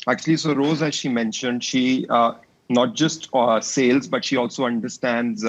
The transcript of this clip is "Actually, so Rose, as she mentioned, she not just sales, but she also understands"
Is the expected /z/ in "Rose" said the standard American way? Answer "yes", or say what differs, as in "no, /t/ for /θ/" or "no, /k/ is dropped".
yes